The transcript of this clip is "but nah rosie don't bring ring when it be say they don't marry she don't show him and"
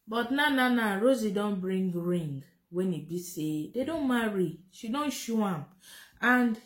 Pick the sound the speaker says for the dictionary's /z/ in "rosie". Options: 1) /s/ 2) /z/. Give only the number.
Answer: 2